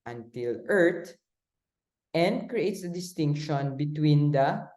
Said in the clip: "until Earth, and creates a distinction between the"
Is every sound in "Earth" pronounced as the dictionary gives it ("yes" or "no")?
no